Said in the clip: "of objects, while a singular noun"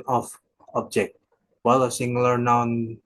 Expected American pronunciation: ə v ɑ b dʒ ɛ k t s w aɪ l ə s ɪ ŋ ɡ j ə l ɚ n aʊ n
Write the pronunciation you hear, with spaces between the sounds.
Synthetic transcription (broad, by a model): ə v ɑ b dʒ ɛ k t w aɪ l ə s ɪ ŋ ɡ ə l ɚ n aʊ n